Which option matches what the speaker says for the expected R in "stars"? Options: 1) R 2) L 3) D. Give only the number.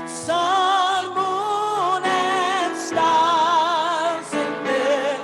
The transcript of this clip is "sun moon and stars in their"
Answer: 2